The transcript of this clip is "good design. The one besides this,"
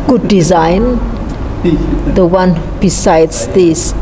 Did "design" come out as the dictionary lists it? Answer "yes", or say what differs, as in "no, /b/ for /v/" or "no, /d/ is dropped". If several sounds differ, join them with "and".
yes